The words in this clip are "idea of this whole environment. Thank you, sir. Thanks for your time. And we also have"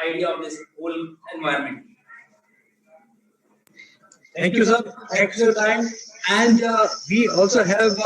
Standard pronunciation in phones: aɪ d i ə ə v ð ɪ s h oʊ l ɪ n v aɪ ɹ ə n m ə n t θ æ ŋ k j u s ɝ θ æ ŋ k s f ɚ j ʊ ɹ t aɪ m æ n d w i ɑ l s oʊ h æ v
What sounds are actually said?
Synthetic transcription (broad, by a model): aɪ d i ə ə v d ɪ s h oʊ l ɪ n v aɪ ə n m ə n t t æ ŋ k j u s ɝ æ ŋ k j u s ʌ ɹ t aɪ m æ n d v i ɑ l s oʊ h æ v